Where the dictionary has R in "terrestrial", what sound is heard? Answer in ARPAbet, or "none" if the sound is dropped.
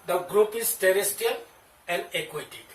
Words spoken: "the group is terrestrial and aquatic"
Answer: none